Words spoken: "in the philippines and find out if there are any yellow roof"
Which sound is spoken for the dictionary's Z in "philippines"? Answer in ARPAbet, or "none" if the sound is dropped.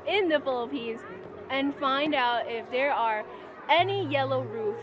Z